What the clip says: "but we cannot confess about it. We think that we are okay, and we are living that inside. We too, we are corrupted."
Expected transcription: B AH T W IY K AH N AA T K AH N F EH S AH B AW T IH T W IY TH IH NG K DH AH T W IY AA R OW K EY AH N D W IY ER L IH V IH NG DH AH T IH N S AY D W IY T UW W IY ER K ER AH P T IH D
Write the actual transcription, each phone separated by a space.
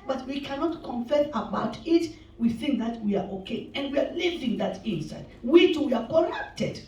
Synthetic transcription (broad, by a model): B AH T W IY K AH N AA T K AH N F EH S AH B AW T IH T W IY TH IH NG K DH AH T W IY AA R OW K EY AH N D W IY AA L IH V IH NG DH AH T IH N S AY D W IY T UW W IY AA K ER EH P T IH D